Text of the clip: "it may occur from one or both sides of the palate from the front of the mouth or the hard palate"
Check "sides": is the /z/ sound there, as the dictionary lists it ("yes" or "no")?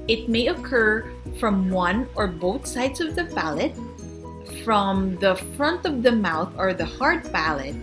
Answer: no